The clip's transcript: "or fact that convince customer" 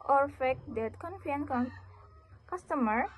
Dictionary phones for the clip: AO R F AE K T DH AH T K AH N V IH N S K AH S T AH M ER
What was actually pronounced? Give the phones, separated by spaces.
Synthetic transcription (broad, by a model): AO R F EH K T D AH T K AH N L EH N K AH S T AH M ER